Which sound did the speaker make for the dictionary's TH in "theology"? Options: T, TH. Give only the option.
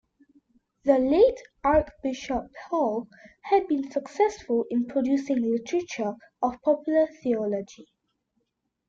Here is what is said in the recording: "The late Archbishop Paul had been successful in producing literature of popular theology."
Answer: TH